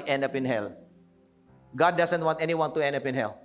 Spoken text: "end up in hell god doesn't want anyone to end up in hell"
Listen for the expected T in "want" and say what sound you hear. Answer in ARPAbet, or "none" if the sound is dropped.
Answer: T